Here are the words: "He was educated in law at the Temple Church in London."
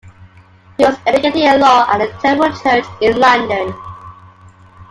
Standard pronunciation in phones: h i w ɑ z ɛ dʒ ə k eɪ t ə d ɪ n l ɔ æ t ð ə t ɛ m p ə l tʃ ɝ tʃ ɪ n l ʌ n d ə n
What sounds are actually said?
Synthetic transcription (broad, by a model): h i w ɑ z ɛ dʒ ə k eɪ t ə ɪ l ɔ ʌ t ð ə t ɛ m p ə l tʃ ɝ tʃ ɪ n l ʌ n d ə n